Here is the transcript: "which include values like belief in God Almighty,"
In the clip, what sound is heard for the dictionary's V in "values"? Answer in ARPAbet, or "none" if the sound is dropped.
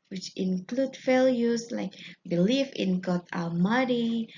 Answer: F